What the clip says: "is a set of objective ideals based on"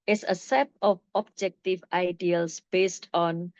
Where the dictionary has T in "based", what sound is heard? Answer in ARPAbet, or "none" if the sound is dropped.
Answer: T